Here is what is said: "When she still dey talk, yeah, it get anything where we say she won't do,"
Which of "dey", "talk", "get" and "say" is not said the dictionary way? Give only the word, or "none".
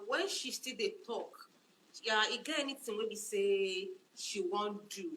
get